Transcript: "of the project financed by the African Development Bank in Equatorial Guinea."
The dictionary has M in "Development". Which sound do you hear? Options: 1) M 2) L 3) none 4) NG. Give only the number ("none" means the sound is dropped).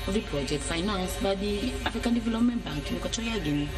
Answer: 1